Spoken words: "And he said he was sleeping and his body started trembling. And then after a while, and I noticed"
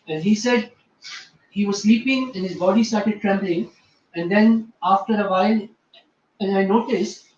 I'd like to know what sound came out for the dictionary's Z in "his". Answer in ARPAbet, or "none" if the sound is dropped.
Z